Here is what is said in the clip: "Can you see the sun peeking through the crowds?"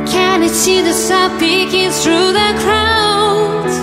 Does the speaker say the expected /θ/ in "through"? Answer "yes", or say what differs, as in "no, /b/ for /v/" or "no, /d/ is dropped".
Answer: yes